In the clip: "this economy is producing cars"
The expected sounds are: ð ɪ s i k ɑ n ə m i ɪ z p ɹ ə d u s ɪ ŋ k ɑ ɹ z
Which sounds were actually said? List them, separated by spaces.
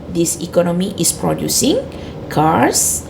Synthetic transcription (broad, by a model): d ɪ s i k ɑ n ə m i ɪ s p ɹ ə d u s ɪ ŋ k ɑ ɹ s